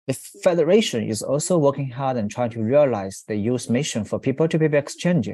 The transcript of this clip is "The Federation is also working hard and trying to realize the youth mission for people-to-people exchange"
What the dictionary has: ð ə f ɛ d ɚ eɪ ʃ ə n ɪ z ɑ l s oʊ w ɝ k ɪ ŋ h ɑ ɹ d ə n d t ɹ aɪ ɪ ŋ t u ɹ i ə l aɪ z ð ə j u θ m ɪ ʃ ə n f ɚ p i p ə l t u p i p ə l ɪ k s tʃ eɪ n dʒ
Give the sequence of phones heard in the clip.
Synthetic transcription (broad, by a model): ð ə f ɛ d ɚ eɪ ʃ ə n ɪ z ɑ l s oʊ w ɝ k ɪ ŋ h ɑ ɹ d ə n t ɹ aɪ ɪ ŋ t u ɹ i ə l aɪ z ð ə j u s m ɪ ʃ ə n f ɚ p i p ə l t u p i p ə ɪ k s tʃ eɪ n dʒ